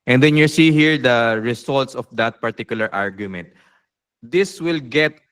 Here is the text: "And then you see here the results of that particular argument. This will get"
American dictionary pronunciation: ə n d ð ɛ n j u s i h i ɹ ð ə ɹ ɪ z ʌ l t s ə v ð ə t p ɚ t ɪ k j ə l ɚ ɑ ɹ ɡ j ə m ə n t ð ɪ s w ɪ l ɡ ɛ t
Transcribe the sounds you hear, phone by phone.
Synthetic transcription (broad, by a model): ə n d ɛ n j u s i h i ɹ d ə ɹ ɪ s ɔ l t s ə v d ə t p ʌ t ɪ k j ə l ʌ ɑ ɹ ɡ j ə m ə n t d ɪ s w ɪ l ɡ ɛ t